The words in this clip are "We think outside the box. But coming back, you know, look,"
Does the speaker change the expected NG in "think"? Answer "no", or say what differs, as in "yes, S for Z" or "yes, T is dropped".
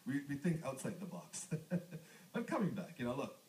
no